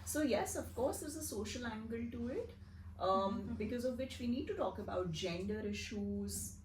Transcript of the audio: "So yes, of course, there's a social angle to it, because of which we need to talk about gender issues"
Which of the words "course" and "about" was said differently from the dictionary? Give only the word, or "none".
none